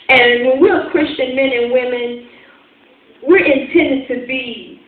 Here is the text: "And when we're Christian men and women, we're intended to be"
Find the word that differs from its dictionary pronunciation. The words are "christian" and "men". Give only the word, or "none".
none